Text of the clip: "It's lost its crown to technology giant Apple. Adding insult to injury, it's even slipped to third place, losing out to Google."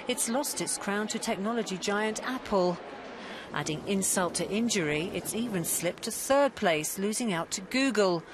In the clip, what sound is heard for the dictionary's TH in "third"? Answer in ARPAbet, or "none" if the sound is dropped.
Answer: TH